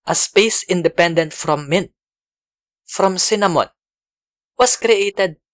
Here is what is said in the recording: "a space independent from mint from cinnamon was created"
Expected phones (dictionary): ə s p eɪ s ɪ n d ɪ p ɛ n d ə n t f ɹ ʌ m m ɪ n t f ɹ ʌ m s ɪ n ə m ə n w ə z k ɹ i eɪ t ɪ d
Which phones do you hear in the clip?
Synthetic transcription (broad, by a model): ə s p eɪ s ɪ n d ɪ p ɛ n d ə n t f ɹ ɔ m m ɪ n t f ɹ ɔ m s ɪ n ə m ə n w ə s k ɹ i eɪ t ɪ d